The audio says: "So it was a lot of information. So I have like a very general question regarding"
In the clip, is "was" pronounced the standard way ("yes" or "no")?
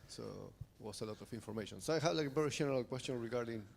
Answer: no